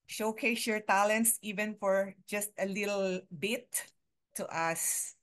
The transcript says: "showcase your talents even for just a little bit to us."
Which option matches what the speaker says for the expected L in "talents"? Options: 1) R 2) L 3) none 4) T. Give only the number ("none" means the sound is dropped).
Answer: 2